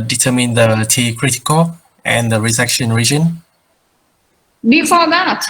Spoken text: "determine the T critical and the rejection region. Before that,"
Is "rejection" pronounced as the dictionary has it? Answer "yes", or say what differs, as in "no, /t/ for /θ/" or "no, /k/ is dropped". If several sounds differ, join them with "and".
no, /z/ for /dʒ/